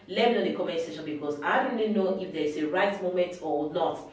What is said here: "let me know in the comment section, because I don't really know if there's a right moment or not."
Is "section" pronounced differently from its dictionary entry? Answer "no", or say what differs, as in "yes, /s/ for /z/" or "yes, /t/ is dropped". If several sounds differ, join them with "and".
yes, /k/ is dropped